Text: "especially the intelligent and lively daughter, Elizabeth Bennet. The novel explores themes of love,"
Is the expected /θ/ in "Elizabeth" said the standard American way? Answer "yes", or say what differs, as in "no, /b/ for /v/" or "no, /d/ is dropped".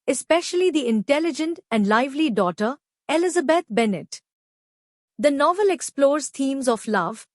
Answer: no, /t/ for /θ/